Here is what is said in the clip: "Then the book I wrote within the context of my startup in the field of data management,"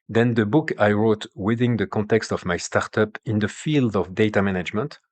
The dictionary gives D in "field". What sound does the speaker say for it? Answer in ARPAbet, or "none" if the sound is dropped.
D